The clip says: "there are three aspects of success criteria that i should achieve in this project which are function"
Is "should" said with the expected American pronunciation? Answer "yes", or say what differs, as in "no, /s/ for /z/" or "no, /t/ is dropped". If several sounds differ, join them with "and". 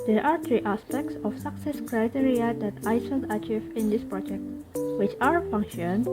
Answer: no, /s/ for /ʃ/